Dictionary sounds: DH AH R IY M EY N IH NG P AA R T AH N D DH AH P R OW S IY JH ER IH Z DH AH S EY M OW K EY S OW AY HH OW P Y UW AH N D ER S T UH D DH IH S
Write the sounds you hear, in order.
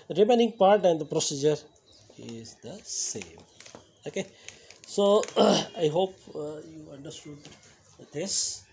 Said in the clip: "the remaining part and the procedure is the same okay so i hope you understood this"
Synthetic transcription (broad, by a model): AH R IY M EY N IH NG P AA R T AH N D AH P R OW S IY JH ER IH Z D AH S EY M OW K EY S OW AY HH OW P Y UW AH N D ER S T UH D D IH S